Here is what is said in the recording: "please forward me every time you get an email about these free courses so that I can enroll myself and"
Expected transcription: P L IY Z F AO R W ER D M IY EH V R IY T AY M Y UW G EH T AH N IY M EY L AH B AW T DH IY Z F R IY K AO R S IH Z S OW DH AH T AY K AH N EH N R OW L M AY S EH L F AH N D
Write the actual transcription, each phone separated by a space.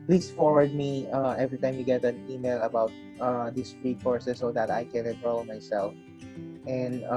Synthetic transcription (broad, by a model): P L IY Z F AO R W ER D M IY EH V R IY T AY M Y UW G EH T AH N IY M EY L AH B AW T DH IY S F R IY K AO R S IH S OW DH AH T AY K AH N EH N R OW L M AY S EH L F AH N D